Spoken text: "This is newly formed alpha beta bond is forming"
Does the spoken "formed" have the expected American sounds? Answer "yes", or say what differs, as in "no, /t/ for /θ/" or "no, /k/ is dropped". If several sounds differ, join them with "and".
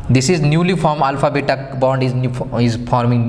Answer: no, /d/ is dropped